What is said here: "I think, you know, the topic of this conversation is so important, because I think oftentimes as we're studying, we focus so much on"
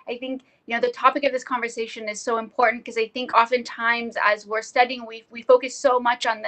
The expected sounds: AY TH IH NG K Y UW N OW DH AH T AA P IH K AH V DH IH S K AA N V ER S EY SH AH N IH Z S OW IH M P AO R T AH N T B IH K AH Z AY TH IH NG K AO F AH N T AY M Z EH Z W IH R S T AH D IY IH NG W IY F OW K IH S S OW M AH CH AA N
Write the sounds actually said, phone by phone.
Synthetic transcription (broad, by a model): AY TH IH NG K Y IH N OW DH AH T AA P IH K AH V DH IH S K AA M V ER S EY SH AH N IH Z S OW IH M P AO R T N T K AH Z AY TH IH NG K AO F AH N T AY M Z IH Z W IH R S T AH D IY IH NG W IY F OW K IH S S OW M AH CH N